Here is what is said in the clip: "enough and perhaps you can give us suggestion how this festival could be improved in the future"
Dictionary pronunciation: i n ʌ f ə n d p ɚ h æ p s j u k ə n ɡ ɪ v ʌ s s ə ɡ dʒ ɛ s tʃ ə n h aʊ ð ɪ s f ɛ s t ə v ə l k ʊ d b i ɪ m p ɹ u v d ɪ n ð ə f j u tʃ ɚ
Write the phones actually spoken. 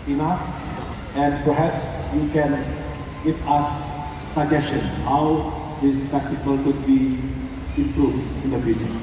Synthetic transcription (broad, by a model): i n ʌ f ə n d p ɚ h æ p s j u k ə n ɡ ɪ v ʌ s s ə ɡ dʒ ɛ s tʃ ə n h aʊ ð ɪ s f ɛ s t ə p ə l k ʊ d b i ɪ m p ɹ u v d ɪ n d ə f j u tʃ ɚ